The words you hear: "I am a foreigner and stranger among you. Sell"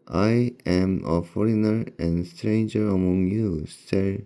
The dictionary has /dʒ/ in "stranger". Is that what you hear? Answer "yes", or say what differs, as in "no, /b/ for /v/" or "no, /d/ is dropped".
yes